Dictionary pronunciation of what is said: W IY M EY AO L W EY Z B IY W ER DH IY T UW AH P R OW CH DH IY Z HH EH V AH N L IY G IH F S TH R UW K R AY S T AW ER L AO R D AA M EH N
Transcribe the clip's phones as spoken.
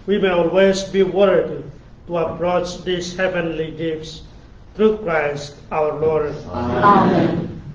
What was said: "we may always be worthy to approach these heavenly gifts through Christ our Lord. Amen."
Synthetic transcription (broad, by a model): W IY M EY AO L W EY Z B IY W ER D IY T UW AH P R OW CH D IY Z HH EH V AH N L IY G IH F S T R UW K R AY S T AW ER L AO R D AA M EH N